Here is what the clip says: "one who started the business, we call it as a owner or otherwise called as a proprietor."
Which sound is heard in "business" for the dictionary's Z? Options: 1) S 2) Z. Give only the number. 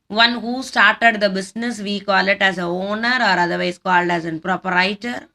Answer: 1